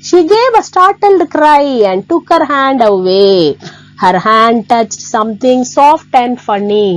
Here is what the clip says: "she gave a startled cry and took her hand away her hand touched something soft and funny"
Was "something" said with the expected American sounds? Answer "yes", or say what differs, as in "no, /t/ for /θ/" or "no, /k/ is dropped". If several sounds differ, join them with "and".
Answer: no, /t/ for /θ/